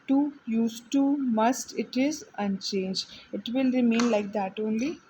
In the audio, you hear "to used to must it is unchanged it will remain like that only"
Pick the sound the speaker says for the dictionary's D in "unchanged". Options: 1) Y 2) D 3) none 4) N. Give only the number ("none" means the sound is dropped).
3